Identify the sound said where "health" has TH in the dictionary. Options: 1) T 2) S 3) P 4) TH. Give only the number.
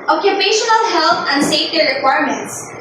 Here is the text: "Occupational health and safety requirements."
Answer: 1